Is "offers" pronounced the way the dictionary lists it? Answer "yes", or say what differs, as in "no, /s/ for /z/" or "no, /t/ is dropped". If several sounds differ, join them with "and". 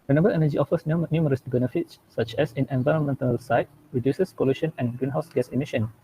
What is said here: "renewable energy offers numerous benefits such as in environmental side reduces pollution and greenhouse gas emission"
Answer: no, /s/ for /z/